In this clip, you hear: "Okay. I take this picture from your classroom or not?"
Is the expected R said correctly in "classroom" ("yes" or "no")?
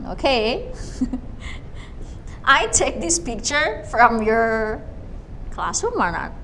no